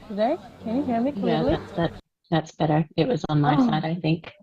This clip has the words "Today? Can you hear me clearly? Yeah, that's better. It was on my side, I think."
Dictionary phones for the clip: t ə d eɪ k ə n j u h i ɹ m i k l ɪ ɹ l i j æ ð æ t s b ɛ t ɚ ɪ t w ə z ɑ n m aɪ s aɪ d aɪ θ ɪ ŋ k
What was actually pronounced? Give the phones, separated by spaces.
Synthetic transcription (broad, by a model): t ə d eɪ k ə n j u h i ɹ m i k w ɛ l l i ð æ ð æ t s b ɛ t ɚ ɪ t w ə z n m aɪ s aɪ d aɪ θ ɪ ŋ k